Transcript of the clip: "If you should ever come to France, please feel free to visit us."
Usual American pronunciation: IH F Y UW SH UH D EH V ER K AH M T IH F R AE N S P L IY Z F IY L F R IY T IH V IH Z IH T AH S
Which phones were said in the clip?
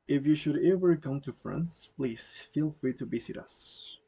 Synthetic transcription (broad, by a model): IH F Y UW SH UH D EH V ER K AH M T IH F R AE N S P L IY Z F IY L F R IY T IH B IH S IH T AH S